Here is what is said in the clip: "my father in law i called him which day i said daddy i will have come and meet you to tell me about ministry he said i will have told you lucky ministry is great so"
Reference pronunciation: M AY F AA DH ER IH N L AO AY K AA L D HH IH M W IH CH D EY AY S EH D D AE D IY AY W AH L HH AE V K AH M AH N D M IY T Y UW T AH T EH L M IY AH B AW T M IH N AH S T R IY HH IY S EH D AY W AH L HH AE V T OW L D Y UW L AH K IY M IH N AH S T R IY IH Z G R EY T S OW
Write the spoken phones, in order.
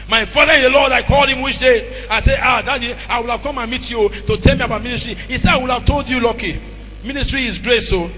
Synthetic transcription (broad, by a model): M AY F AA DH ER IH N L AO AY K AA L D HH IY M W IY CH D EY AY S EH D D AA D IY AY W AH L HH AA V K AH M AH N M IY T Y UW T AH T EH L M IY AH B AW T M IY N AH S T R IY HH IY S EH D AY W AH L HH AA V T OW L D Y UW L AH K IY M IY N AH S T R IY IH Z G R EY T S OW